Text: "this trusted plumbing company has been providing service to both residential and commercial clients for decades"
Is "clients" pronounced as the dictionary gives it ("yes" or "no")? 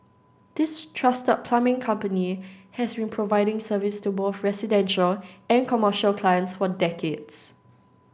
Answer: yes